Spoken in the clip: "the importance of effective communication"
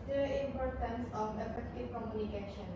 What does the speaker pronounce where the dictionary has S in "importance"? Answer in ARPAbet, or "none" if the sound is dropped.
S